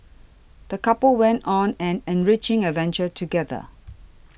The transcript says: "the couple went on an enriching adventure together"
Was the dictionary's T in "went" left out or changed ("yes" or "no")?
no